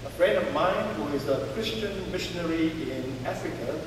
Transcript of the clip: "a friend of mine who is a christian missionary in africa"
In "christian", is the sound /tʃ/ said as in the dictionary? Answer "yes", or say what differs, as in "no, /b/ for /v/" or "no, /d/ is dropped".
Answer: yes